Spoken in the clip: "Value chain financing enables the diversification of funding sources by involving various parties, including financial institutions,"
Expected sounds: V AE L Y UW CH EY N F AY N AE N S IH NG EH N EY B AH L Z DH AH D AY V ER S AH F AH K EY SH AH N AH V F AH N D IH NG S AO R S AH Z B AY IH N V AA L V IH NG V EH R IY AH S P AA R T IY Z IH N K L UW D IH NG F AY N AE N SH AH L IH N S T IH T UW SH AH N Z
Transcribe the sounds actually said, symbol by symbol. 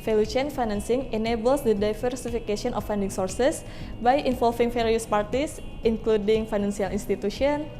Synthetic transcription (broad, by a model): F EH L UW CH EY N F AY N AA N S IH NG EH N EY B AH L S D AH D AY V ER S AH F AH K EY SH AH N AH F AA N D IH NG S AO R S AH S B AY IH N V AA L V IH NG F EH R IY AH S P AA R T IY S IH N K L UW D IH NG F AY N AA N S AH L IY N S T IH T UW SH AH N